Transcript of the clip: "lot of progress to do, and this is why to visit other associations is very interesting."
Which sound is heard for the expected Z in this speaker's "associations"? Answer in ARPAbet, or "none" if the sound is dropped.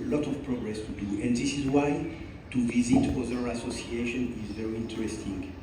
none